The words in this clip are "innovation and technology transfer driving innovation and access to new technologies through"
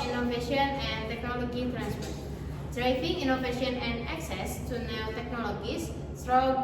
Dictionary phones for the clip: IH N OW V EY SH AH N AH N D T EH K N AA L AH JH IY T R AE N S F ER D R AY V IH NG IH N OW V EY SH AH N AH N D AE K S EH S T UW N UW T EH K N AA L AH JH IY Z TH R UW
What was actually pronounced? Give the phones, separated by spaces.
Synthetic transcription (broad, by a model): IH N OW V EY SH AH N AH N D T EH K N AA L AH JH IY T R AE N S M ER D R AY F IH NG IH N OW V EY SH AH N AH N D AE K S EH S T UW N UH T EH K N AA L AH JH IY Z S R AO